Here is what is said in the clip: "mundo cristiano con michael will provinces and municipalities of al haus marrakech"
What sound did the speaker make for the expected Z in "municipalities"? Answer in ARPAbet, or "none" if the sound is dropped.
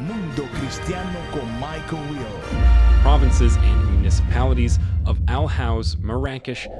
Z